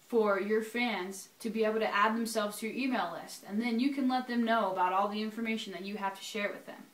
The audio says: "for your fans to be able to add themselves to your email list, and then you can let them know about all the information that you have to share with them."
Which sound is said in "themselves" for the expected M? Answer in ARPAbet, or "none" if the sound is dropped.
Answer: M